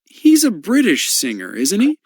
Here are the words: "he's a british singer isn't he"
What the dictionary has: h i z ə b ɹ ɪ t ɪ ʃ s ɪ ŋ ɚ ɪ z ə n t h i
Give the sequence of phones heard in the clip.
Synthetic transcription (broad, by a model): h i z ə b ɹ ɪ t ɪ ʃ s ɪ ŋ ɚ ɪ z n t h i